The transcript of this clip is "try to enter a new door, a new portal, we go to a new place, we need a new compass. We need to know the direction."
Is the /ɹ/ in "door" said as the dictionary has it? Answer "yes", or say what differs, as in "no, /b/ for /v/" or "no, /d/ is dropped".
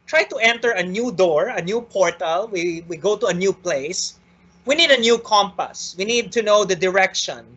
yes